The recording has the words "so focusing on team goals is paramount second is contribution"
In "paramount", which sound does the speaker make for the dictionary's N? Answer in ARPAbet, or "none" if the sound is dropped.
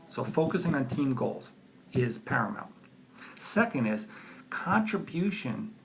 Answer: L